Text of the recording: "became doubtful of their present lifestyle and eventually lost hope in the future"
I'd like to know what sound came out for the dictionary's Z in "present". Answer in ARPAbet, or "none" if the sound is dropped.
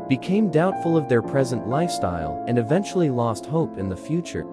Z